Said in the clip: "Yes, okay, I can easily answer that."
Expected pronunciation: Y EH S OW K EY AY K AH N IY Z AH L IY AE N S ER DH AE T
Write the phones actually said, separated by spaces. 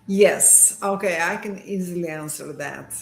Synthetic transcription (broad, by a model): Y EH S OW K EY AY K AH N IY Z AH L IY AE N S ER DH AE T